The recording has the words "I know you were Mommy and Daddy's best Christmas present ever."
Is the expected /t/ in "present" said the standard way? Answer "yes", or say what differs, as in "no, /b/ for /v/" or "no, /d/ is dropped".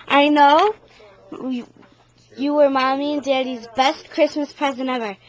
no, /t/ is dropped